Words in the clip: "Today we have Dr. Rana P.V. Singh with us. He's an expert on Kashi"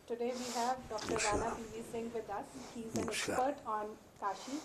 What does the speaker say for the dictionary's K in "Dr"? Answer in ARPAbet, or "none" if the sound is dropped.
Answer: K